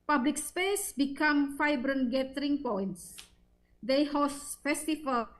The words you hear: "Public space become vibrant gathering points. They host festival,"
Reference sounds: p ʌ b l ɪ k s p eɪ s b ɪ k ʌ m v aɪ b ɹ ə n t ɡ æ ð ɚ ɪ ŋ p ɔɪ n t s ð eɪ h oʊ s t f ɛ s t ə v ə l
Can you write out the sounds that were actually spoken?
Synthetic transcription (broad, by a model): p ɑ b l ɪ k s p eɪ s b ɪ k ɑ m f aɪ b ɹ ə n ɡ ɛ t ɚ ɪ ŋ p ɔɪ n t s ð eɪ h oʊ s t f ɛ s t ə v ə l